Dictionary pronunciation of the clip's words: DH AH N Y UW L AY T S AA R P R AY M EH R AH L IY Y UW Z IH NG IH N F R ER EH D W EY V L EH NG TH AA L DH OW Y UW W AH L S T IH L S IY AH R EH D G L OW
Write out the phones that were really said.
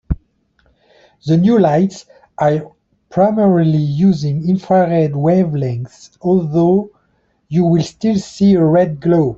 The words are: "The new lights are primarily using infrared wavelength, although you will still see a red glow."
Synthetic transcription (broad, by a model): DH AH N Y UW L AY T S AA R P R AY M EH R AH L IY Y UW Z IH NG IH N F R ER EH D W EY V L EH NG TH AA L DH OW Y UW W AH L S T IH L S IY AH R EH D G L OW